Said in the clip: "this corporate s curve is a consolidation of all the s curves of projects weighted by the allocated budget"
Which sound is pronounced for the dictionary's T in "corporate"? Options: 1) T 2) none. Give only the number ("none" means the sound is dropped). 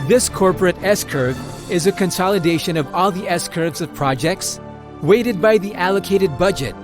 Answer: 1